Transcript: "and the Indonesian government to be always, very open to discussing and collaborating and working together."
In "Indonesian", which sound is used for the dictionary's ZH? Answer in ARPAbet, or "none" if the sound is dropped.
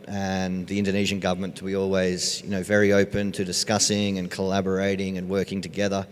ZH